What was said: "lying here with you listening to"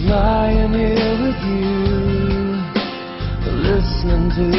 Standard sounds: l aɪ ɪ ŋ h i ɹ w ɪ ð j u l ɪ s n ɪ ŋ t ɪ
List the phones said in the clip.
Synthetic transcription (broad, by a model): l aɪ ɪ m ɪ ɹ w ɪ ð j u l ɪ s ɪ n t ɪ